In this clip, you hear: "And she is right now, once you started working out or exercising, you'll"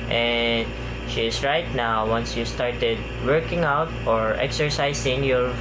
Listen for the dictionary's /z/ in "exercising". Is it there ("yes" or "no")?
no